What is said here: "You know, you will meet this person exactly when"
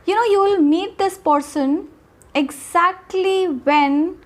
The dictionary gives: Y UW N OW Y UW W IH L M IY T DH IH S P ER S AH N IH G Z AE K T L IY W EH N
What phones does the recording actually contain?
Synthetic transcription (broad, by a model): Y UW N OW Y UW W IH L M IY T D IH S P ER S AH N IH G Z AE K T L IY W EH N